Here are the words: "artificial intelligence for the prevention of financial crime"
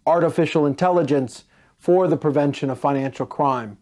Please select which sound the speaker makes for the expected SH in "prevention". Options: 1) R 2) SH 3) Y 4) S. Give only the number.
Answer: 2